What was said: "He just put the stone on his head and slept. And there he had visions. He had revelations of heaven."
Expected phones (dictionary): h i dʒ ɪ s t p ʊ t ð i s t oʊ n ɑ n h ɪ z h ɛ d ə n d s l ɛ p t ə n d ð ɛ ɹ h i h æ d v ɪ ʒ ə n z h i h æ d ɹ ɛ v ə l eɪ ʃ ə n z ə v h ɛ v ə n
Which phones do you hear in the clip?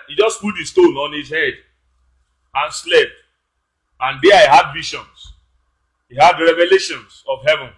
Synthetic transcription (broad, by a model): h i dʒ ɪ s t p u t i s t oʊ n ɑ n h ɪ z h ɛ d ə n s l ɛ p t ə n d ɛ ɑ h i h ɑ d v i ʃ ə n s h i h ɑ d ɹ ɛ v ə l eɪ ʃ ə n s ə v h ɛ v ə n